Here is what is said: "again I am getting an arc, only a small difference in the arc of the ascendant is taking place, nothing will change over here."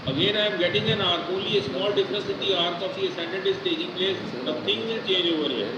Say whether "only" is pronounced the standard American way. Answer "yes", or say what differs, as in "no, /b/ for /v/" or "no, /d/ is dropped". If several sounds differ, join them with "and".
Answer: no, /n/ is dropped